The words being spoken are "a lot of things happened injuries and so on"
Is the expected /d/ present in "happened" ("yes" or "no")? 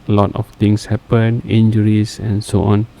no